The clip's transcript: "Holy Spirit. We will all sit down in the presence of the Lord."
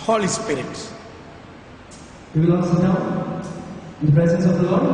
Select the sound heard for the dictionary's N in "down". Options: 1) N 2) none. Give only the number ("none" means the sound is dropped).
2